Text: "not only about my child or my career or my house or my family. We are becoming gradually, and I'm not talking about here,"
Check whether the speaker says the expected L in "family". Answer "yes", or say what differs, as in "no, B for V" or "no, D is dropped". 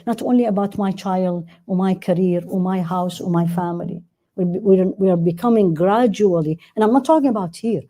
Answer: no, W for L